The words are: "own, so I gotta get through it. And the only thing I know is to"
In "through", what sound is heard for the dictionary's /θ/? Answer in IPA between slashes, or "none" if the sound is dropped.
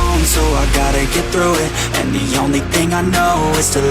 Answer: /θ/